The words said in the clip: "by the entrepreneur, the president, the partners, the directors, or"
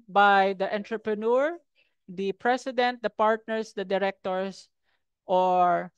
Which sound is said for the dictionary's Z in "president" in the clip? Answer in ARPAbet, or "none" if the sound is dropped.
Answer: S